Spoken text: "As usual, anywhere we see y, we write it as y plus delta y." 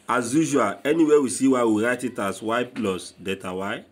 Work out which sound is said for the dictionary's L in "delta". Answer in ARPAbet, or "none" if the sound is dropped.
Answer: none